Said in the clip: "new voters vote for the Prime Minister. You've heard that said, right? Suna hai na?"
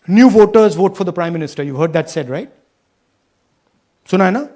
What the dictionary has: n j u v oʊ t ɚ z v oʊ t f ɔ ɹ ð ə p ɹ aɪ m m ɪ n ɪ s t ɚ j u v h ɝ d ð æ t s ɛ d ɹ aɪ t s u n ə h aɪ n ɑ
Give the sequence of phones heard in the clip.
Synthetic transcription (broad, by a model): n j u v oʊ t ɚ z v oʊ t f ɔ ɹ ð ə p ɹ aɪ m m ɪ n ɪ s t ɚ j u v h ɝ d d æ t s ɛ d ɹ aɪ t s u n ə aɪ n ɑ